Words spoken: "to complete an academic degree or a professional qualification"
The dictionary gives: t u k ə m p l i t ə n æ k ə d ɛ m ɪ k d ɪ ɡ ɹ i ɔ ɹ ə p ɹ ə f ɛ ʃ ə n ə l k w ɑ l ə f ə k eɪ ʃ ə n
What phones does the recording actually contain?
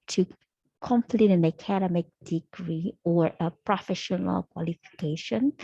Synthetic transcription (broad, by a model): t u k ə m p l i t ə n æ k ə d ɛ m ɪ k d ɪ ɡ ɹ i ɔ ɹ ə p ɹ ə f ɛ ʃ ə n ə l k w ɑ l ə f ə k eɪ ʃ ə n